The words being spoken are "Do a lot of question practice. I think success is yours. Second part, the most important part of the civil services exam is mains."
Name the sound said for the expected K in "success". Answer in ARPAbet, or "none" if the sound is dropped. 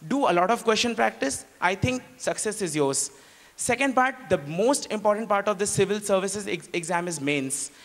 K